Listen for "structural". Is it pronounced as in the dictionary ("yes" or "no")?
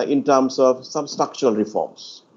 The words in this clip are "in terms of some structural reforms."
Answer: no